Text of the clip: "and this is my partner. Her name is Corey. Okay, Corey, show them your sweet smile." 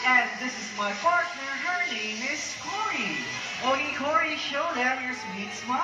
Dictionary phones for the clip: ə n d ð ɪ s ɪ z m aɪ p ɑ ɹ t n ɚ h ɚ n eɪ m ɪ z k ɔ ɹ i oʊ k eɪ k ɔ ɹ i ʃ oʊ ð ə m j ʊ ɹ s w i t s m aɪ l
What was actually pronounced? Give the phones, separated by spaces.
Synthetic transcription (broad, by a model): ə n ð ɪ s ɪ z m aɪ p ɑ ɹ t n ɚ h ɚ n eɪ m ɪ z k ɔ ɹ i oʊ i k ɔ ɹ i ʃ oʊ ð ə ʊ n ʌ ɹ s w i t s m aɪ